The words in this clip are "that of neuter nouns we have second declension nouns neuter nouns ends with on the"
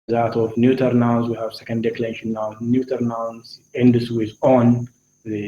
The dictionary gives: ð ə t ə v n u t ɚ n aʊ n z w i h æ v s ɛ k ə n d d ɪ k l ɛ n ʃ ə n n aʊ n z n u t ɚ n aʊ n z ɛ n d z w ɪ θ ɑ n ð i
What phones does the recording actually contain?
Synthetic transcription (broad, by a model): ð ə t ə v n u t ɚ n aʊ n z w i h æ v s ɛ k ə n d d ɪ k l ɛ ʃ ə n n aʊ n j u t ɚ n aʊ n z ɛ n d s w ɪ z ɑ n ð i